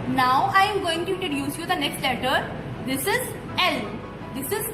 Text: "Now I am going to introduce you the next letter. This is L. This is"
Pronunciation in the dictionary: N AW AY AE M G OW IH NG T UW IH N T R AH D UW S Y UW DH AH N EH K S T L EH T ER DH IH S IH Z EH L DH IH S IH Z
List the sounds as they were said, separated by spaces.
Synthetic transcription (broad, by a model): N AW AY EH M G OW IH NG T UW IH T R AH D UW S Y UW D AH N EH K S T L EH T ER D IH S IH Z EH L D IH S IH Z